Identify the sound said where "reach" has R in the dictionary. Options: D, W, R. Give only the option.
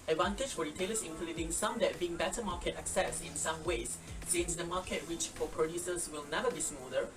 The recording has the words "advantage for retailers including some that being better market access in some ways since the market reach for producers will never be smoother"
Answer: W